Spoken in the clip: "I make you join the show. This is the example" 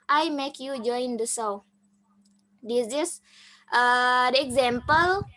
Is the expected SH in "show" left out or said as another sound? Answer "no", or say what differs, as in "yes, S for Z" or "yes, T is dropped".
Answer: yes, S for SH